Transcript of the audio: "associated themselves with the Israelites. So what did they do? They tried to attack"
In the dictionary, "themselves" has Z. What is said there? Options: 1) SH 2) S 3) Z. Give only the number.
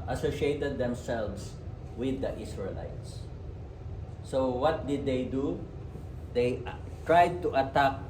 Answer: 2